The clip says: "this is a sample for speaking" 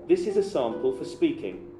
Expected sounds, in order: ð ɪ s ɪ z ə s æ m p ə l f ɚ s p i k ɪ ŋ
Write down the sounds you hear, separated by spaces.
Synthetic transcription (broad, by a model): ð ɪ s ɪ z ə s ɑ m p ə l f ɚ s p i k ɪ ŋ